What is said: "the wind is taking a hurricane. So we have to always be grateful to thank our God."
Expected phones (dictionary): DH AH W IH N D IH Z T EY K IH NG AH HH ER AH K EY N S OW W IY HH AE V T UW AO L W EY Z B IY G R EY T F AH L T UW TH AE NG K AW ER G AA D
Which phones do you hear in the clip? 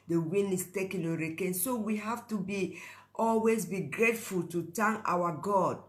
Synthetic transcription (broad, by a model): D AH W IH N IH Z T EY K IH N AH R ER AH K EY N S OW W IY HH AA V T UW AO L W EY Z B IY G R EY T F AH L T UW T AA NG AW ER G AA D